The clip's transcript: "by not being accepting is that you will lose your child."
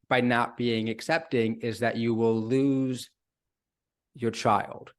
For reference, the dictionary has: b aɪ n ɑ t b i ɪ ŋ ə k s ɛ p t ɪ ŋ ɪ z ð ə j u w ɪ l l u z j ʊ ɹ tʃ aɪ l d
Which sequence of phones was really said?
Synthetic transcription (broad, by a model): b aɪ n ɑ t b i ɪ ŋ ə k s ɛ p t ɪ ŋ ɪ z ð ə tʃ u w ɪ l l u z j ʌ ɹ tʃ aɪ l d